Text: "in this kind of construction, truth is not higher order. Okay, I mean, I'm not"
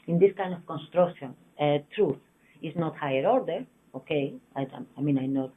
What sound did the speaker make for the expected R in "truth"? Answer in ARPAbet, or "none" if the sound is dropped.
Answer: R